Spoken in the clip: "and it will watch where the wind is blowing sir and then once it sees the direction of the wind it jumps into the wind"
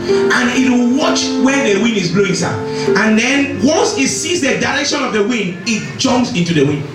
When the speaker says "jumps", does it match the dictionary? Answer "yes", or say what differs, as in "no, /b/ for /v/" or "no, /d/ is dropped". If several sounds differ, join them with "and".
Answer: no, /p/ is dropped